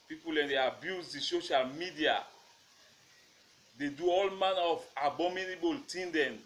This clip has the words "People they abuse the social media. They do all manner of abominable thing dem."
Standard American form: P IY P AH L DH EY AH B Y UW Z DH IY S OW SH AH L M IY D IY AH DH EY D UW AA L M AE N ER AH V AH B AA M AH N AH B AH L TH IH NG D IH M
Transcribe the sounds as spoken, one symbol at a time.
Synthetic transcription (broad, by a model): P IY P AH L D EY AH B Y UW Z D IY S OW SH AH L M IY D IY AH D EY D UW AA L M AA N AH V AH B AA M AH N AH B AH L T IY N D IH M